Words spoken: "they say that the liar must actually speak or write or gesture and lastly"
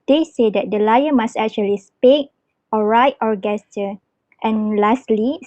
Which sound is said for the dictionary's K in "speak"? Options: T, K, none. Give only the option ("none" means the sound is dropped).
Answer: none